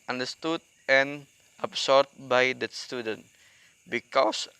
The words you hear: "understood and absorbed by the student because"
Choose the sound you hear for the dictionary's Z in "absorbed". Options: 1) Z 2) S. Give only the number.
2